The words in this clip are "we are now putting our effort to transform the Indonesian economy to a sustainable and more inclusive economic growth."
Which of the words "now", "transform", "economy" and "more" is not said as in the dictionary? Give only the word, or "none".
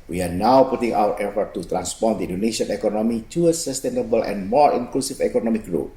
transform